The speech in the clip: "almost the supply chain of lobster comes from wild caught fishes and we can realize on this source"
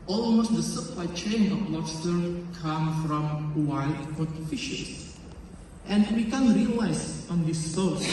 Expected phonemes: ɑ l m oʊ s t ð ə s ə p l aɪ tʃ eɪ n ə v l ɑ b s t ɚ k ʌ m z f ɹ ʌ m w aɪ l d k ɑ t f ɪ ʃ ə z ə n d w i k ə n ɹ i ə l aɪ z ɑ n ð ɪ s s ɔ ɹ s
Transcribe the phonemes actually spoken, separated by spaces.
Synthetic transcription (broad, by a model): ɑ l m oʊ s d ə s ə p l aɪ tʃ eɪ n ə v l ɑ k s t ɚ k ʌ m f ɹ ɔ m w aɪ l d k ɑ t f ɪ ʃ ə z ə n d w i k ə n ɹ i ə l aɪ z ɑ n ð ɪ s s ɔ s